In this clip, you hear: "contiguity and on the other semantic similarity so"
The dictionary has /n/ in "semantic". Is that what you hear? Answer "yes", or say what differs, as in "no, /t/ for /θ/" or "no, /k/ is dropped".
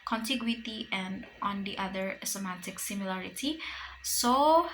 no, /n/ is dropped